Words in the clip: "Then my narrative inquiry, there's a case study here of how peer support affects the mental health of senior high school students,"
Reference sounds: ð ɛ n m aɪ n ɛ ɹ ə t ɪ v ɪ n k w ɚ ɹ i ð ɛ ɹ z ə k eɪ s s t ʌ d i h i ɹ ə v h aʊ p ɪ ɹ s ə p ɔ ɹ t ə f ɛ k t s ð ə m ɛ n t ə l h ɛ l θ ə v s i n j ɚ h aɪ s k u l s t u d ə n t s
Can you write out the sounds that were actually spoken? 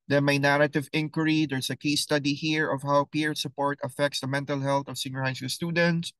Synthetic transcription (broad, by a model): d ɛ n m aɪ n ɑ ɹ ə t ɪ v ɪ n k w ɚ ɹ i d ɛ ɹ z ə k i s s t ʌ d i h i ɹ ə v h aʊ p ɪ ɹ s ə p ɔ ɹ t ə f ɛ k t s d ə m ɛ n t ə l h ɛ l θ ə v s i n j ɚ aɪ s ɪ s t u d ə n t s